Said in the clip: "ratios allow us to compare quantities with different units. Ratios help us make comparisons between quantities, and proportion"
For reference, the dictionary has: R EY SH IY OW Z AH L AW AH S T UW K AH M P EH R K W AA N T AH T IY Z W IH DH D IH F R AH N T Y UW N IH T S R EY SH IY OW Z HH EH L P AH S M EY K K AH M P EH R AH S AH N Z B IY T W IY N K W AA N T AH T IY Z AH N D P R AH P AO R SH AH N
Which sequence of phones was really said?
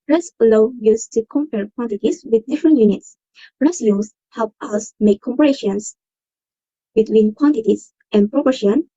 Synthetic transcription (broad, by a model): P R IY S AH L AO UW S T UW K AH M P EH R K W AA N T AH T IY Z W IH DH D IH F R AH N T Y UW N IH T S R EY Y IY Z HH EH L P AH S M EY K K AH M P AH R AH SH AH N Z B IY T W IY N K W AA N T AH T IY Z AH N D P R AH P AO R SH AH N